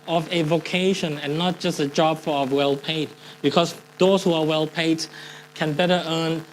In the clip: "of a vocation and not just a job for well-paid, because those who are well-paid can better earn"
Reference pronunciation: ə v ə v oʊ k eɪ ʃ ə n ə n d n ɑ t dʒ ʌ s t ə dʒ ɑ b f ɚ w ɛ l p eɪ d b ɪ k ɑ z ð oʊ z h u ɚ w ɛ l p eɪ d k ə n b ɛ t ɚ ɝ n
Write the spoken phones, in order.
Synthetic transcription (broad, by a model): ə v ə v oʊ k eɪ ʃ ə n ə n n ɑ t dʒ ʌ s t ə dʒ ɑ b f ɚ w ɛ l p eɪ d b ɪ k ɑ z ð oʊ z h u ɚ w ɛ l p eɪ d k ə n b ɛ t ɚ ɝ n